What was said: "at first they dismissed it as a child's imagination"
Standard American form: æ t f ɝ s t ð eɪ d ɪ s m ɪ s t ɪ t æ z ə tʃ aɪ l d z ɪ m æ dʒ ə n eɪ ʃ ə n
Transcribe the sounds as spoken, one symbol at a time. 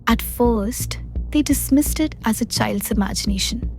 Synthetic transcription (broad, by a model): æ t f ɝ s t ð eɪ d ɪ s m ɪ s t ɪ t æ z ə tʃ aɪ l d z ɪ m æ dʒ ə n eɪ ʃ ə n